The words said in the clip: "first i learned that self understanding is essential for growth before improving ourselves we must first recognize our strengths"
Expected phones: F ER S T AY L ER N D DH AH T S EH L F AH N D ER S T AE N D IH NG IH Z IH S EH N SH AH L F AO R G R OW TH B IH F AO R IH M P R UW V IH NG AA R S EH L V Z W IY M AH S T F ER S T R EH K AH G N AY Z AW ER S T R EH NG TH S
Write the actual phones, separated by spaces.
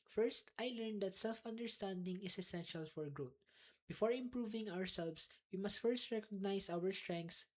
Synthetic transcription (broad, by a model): F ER S T AY L ER N D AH T S EH L F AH N D ER S T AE N D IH NG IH S IH S EH N SH AH L F AO R G R OW T B IH F AO R IH M P R UW V IH NG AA R S EH L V S W IY M AH S T F ER S T R EH K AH G N AY S AW ER S T R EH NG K S